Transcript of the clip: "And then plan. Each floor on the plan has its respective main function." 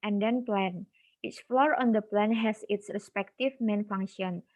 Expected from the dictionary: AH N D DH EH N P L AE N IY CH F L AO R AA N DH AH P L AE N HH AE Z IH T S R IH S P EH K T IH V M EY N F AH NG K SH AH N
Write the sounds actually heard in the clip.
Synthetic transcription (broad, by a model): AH N D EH N P L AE N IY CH F L AO R AA N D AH P L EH N HH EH S IH T S R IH S P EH K T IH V M EY N F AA NG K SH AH N